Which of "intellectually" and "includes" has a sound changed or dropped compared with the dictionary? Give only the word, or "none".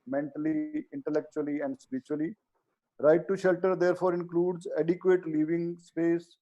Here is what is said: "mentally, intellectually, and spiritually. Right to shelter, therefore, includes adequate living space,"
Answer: none